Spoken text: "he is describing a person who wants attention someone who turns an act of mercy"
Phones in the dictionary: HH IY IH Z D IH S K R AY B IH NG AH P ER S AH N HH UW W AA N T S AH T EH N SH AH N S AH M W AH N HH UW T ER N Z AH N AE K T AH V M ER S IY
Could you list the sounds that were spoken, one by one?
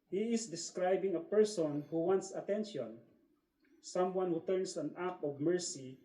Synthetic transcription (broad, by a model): HH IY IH S D IH S K R AY B IH NG AH P ER S AH N HH UW W AA N T S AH T EH N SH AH N S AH M W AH N HH UW T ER N S AH N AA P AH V M ER S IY